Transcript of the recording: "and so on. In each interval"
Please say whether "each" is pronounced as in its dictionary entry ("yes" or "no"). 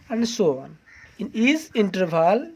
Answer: no